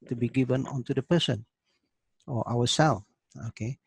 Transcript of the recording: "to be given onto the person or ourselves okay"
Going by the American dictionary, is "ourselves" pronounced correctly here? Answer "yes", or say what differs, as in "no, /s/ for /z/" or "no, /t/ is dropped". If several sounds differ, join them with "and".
no, /w/ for /ɹ/